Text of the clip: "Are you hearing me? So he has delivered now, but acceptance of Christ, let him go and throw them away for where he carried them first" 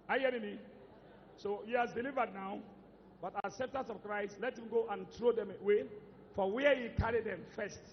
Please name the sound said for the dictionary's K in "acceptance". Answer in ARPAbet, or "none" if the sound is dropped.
none